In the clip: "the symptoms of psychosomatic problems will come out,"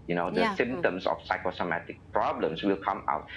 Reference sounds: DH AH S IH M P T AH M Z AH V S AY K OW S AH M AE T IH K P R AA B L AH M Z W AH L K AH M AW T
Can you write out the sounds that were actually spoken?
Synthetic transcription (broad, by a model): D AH S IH M T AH M S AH F S AY K OW S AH M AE T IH K P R AA B L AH M S W AH L K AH M AW T